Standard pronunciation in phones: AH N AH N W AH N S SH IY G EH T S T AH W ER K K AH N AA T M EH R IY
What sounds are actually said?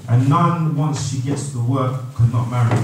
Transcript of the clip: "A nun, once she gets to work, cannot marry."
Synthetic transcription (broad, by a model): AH N AH N W AH N S SH IY G EH T S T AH W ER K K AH N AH T M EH R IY